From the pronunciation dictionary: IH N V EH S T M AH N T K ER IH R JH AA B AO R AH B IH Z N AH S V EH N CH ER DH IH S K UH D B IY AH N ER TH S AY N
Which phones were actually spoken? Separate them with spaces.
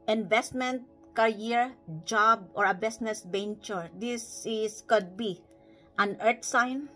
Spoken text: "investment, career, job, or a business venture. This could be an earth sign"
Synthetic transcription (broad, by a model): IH N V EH S T M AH N T K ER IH R JH AA B AO R AH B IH S N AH S B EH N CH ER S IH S K UH D B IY AH N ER T S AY N